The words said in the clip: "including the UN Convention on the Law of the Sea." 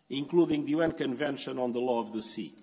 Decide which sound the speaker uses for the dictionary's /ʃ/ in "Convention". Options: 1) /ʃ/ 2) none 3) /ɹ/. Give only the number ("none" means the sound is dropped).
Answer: 1